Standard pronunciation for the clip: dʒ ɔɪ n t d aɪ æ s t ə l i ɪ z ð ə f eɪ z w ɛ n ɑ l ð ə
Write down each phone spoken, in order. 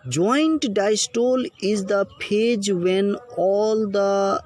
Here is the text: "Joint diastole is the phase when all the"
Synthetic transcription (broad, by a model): dʒ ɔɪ n t d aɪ s t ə l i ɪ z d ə p eɪ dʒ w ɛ n ɑ l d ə